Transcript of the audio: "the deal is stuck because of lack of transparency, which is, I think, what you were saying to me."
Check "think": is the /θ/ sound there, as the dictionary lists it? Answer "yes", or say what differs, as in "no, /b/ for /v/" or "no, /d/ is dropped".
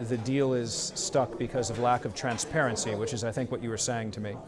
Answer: yes